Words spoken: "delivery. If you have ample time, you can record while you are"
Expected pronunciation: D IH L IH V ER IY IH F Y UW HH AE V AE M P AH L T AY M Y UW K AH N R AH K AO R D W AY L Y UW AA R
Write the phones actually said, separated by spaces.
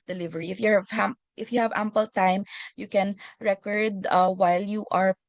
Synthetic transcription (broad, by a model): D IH L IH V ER IY IH F Y UW HH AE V AE M P AH L T AY M Y UW K AH N R AH K AO R D W AY L Y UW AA R